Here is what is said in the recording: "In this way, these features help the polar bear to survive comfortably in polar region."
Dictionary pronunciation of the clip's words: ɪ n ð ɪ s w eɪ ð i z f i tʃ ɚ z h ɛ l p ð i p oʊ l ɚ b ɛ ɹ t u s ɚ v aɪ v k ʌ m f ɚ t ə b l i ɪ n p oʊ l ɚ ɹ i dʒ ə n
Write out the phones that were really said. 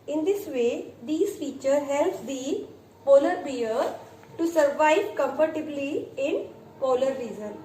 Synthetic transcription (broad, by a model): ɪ n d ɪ s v eɪ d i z f i tʃ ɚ h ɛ l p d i p oʊ l ɚ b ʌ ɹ t u s ɚ v aɪ v k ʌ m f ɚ t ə b l i ɪ n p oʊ l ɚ ɹ i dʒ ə n